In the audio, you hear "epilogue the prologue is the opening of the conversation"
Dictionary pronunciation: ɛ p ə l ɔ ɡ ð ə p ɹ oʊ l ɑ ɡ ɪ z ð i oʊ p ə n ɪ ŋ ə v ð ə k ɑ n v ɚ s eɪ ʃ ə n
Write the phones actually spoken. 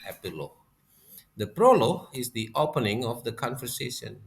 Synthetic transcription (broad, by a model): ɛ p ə l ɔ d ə p ɹ oʊ l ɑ ɪ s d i oʊ p ə n ɪ ŋ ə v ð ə k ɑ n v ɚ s eɪ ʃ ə n